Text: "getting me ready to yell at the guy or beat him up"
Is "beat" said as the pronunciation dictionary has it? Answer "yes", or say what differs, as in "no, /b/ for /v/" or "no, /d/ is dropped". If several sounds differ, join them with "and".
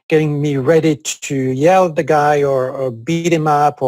yes